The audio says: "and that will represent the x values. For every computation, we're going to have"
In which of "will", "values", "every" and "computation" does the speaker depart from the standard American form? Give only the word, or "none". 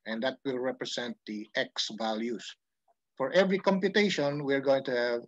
values